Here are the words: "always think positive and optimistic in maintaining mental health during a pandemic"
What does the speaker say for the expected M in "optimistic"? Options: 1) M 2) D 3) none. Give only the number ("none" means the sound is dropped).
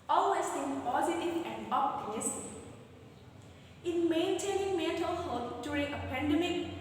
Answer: 3